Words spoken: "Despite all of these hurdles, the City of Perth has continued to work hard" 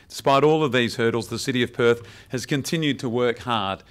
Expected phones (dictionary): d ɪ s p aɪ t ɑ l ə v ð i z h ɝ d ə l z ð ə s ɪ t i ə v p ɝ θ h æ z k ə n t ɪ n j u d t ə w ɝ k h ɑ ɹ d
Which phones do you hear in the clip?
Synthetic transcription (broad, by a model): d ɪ s p aɪ t ɑ l ə v ð i z h ɝ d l z ð ə s ɪ t i ə v p ɝ θ h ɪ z k ə n t ɪ n j u d t ə w ɝ k h ɑ ɹ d